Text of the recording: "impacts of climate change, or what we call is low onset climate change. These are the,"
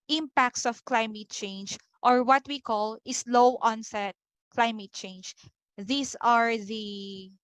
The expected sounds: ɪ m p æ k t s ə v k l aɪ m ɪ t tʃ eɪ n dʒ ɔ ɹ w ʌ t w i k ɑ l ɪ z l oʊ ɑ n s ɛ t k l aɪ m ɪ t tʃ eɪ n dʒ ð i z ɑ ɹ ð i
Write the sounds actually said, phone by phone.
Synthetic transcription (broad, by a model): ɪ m p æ k t s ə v k l aɪ m ɪ t tʃ eɪ n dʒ ɔ ɹ w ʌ t w i k ɑ l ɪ s l oʊ ɑ n s ɛ t k l aɪ m ɪ t tʃ eɪ n dʒ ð i s ɑ ɹ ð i